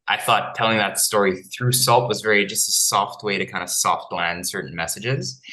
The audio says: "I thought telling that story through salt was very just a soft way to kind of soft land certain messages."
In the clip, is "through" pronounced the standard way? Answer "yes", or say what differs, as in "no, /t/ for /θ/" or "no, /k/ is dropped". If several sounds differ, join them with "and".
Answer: yes